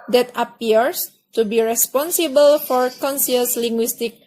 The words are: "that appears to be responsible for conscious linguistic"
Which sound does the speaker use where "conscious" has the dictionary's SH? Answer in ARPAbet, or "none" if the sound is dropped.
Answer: S